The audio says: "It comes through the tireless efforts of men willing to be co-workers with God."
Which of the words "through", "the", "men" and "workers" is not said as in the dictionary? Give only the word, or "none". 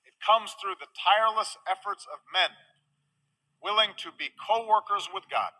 none